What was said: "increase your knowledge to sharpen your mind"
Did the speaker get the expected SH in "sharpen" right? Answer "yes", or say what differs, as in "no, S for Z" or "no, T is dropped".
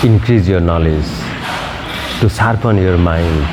no, S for SH